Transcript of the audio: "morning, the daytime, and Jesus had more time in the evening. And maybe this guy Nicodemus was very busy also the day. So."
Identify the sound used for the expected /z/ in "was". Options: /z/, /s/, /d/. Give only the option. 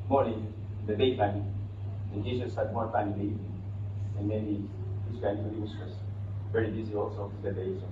/s/